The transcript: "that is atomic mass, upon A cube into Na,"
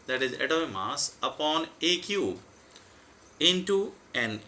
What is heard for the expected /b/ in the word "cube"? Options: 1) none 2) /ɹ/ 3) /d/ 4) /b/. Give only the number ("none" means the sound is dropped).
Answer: 1